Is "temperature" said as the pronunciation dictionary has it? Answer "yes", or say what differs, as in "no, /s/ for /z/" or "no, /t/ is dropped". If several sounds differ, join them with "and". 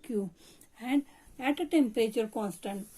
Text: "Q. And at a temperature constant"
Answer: no, /ɹ/ is dropped